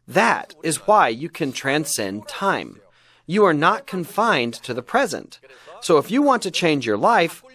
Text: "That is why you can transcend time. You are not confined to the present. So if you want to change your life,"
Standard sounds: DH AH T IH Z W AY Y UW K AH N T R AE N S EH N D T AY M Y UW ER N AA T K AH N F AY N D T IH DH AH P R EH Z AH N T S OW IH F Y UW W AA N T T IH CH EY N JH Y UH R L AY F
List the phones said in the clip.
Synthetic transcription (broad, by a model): DH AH T IH Z W AY Y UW K AH N T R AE N S EH N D T AY M Y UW ER N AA T K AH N F AY N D T IH DH AH P R EH Z AH N T S OW IH F Y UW W AA N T T IH CH EY N JH Y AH R L AY F